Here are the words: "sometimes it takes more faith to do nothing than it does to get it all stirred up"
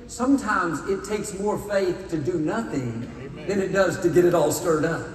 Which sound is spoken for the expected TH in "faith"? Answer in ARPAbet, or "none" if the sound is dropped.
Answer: TH